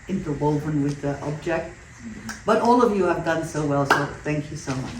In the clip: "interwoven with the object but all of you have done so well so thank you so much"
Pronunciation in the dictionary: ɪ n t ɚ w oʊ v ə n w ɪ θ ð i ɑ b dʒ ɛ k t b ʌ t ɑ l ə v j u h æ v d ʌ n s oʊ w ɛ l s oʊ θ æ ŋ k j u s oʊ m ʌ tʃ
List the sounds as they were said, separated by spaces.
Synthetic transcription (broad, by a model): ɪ n t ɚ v oʊ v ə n w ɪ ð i ɑ b dʒ ɛ k t b ʌ t ɑ l ə v j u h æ v d ʌ n s oʊ w ɛ l s oʊ θ æ ŋ k j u s oʊ m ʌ tʃ